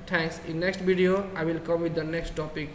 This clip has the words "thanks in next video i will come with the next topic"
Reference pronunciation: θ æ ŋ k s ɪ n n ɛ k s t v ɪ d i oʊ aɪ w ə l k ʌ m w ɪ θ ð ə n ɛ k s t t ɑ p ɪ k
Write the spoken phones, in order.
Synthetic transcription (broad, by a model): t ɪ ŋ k s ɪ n n ɛ k s t b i d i oʊ aɪ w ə l k ʌ m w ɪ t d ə n ɛ k s t t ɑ p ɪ k